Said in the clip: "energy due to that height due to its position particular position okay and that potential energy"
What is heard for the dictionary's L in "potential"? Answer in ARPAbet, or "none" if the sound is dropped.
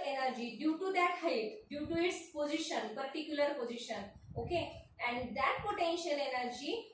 L